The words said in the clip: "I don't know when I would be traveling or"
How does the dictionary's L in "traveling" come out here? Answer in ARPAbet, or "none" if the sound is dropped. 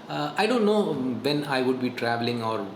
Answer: L